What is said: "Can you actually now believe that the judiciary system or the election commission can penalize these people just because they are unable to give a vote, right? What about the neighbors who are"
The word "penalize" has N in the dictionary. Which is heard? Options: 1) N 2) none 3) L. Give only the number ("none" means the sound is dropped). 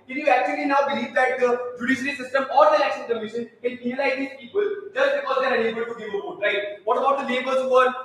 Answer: 2